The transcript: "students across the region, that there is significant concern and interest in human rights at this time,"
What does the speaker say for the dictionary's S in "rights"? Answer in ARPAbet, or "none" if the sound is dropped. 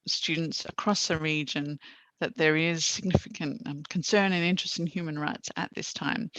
S